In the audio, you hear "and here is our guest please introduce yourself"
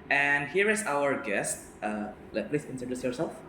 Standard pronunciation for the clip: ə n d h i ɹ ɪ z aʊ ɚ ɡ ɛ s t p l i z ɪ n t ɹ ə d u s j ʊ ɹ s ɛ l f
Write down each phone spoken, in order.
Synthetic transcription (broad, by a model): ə n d h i ɹ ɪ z aʊ ɚ ɡ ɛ s t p l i s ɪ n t ə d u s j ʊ ɹ s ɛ l f